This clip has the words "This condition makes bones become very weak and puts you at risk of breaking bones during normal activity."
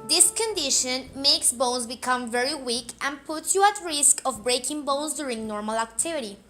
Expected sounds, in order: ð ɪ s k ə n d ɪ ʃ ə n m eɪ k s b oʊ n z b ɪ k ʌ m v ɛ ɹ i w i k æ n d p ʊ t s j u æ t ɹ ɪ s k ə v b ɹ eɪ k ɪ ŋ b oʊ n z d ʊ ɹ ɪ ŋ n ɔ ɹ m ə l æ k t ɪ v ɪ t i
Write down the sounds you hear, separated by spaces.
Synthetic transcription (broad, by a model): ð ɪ s k ə n d ɪ ʃ ə n m eɪ k s b oʊ n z b ɪ k ʌ m v ɛ ɹ i w i k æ n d p ʊ t s j u æ t ɹ ɪ s k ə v b ɹ eɪ k ɪ ŋ b oʊ n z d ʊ ɹ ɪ ŋ n ɔ ɹ m ə l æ k t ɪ v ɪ t i